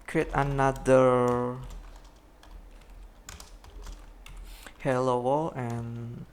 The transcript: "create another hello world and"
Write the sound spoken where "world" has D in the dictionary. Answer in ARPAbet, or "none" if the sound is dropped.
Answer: none